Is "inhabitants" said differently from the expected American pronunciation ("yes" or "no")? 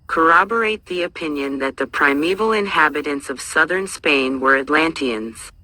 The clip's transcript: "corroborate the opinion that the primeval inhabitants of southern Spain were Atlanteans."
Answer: no